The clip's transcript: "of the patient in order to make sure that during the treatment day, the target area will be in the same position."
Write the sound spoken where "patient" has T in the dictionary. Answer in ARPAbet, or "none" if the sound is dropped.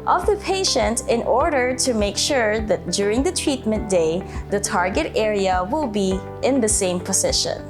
T